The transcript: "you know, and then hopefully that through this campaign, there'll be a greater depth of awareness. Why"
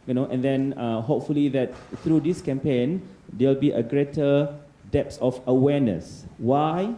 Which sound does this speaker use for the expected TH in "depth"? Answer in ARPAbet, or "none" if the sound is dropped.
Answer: S